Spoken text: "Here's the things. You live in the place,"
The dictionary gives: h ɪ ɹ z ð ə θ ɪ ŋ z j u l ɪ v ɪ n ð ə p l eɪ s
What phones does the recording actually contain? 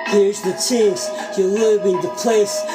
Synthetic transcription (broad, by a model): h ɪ ɹ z ð ə t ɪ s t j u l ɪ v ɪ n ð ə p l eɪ s